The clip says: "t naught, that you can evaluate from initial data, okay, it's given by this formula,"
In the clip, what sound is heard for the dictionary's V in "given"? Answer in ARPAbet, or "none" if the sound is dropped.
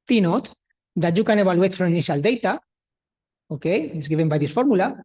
B